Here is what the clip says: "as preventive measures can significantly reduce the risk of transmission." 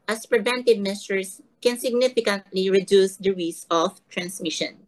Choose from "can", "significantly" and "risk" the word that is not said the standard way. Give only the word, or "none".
risk